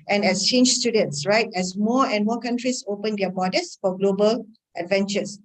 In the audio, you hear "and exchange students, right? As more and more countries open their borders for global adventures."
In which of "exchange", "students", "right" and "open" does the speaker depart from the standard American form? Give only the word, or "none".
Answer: exchange